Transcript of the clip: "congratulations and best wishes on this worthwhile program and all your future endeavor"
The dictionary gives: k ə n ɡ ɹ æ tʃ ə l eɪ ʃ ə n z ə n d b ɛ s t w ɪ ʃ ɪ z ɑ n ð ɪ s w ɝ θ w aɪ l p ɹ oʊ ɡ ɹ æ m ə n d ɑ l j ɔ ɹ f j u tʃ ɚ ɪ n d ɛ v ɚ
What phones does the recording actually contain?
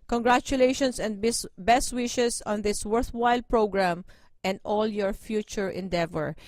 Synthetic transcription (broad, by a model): k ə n ɡ ɹ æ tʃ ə l eɪ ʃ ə n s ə n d b ɛ s t w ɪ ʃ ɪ s ɑ n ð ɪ s w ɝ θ w aɪ l p ɹ oʊ ɡ ɹ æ m ə n d ɑ l j ɔ ɹ f j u tʃ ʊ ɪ n d ɛ v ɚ